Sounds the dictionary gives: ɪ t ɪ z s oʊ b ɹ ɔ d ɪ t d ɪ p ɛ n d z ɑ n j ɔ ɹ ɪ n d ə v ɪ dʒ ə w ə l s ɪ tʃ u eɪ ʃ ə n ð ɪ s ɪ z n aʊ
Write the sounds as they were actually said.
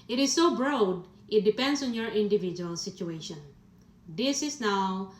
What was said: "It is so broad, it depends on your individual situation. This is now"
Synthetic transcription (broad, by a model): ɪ t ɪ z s oʊ b ɹ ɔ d ɪ t d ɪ p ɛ n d s ɑ n j ɔ ɹ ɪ n d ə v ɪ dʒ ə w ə l s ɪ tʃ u eɪ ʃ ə n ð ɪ s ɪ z n aʊ